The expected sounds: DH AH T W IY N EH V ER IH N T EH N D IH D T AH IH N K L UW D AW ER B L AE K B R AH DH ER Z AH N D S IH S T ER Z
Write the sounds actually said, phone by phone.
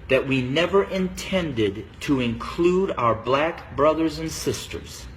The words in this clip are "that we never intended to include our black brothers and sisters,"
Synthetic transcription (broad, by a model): DH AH T W IY N EH V ER IH N T EH N D IH D T AH IH N K L UW D AW ER B L AE K B R AH DH ER Z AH N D S IH S T ER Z